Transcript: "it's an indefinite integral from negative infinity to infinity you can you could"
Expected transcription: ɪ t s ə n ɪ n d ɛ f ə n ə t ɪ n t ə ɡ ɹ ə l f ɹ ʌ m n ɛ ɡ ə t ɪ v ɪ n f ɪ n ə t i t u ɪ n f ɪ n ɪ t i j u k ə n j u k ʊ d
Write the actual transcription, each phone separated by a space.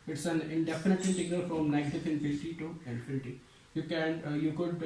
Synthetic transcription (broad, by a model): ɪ t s ə n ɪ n d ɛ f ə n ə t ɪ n s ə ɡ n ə l f ɹ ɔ m n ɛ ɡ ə t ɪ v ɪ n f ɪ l t i t u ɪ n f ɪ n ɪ t i j u k ə n j u k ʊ d